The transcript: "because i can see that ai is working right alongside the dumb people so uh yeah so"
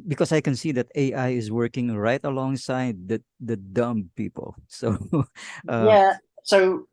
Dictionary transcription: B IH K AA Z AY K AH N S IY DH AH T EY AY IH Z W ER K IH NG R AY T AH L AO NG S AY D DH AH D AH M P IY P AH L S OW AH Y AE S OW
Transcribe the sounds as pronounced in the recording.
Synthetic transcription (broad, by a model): B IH K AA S AY K AH N S IY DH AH T EY AY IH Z W ER K IH NG R AY T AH L AO NG S AY D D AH D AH M P IY P AH L S OW AH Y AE S OW